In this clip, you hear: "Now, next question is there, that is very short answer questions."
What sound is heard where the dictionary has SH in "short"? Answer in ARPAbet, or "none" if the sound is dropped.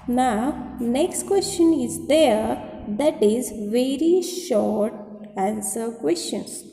SH